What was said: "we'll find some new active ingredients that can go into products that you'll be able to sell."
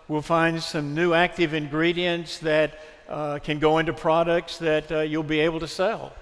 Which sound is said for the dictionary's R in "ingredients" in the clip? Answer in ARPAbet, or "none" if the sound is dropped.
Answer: R